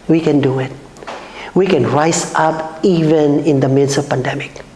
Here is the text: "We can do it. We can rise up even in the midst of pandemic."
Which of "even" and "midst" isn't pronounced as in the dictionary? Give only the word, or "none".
midst